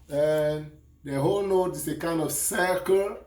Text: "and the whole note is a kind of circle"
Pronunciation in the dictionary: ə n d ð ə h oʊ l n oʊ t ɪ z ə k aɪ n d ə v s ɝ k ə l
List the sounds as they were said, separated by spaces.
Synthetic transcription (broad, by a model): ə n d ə h oʊ l n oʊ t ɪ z ə k aɪ n d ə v s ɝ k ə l